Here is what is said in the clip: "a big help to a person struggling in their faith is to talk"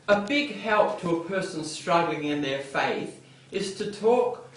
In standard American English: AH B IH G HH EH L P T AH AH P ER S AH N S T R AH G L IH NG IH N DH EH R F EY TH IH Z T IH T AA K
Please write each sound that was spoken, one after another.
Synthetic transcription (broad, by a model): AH B IH G HH EH L P T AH AH P ER S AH N S T R AH G L IH NG IH N DH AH R F EY TH IH Z T IH T AA K